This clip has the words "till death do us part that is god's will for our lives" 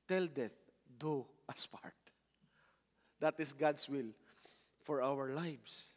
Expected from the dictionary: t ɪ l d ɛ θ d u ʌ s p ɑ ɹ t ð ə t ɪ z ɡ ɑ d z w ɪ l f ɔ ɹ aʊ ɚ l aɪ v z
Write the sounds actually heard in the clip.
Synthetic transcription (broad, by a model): t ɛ l d ɛ θ d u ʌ s p ɑ ɹ t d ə t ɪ s ɡ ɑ d s w ɪ l f ɔ ɹ aʊ ɚ l aɪ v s